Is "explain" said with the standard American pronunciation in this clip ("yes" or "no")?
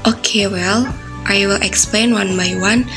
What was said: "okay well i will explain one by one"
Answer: yes